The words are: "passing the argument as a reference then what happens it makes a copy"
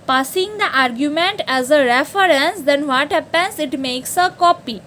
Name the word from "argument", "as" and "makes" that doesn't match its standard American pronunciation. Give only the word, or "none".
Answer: none